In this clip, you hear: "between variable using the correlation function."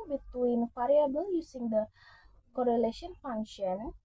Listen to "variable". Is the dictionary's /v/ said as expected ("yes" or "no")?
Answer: no